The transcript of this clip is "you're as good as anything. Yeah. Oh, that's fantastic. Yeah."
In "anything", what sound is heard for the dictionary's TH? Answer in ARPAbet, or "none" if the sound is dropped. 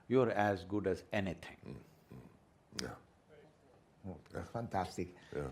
T